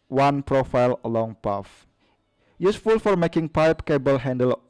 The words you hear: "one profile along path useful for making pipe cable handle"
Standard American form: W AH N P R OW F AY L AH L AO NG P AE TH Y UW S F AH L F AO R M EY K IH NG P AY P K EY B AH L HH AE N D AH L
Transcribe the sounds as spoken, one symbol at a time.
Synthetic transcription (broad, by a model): W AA N P R OW F AY L AH L AO NG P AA F Y UW S F AH L F AO R M EY K IH NG P AY P K EY B AH L HH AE N D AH L